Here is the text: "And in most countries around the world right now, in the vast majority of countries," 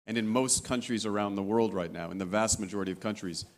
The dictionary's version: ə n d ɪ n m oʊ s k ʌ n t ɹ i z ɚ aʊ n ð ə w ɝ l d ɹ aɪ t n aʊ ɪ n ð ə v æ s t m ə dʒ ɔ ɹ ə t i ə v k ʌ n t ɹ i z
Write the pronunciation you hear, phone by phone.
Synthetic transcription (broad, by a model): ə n ɪ n m oʊ s k ʌ n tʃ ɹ i z ɚ aʊ n ð ə w ɝ l d ɹ aɪ t n aʊ ɪ n ð ə v æ s t m ə dʒ ɔ ɹ ə t i ə v k ʌ n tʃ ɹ i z